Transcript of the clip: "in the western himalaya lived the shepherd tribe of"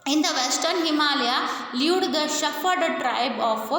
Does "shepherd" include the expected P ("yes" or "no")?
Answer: no